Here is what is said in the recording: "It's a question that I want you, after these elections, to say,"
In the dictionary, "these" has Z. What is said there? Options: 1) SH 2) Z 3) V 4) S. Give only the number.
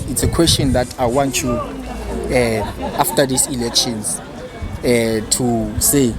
4